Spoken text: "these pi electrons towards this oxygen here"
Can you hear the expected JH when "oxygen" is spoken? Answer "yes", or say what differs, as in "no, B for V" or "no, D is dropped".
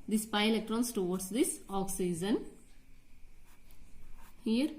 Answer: no, Z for JH